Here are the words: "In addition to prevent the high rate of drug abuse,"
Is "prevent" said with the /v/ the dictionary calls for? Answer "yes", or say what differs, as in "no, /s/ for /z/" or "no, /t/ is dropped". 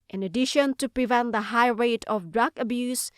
yes